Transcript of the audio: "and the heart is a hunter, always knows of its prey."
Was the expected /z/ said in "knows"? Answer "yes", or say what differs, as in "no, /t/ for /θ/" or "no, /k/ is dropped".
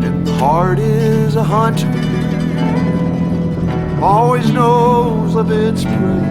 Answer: yes